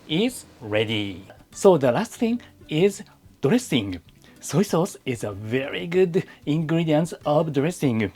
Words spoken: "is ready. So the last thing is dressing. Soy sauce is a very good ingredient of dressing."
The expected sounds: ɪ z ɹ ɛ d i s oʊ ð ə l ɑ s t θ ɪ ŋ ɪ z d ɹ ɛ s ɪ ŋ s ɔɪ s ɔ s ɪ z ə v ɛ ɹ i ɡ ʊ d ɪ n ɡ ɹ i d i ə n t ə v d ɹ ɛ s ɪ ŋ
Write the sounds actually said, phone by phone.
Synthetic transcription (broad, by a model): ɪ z ɹ ɛ d i s oʊ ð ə l ɑ s t θ ɪ ŋ ɪ z d ɹ ɛ s ɪ ŋ s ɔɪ s ɔ s ɪ z ə v ɛ ɹ i ɡ ʊ d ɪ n ɡ ɹ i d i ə n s ə v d ɹ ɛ s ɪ ŋ